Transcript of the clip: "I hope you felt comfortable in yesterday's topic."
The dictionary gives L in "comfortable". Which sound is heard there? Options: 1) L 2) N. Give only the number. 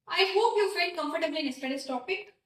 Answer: 2